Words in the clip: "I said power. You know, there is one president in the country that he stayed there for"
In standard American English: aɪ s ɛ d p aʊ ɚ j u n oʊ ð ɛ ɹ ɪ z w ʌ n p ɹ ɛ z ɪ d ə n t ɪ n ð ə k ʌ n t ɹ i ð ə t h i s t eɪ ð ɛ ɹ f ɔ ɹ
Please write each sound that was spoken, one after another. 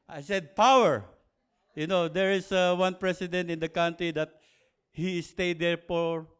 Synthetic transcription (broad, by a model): aɪ s ɛ d p aʊ ɚ j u n oʊ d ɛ ɹ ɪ s w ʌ n p ɹ ɛ s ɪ d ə n t ɪ n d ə k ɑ n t ɹ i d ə t h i s t eɪ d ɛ ɹ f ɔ ɹ